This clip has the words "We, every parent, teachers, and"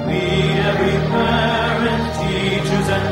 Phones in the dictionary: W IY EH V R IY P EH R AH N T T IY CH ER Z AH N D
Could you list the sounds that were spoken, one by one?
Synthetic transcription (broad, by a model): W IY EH R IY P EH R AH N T T IY CH ER Z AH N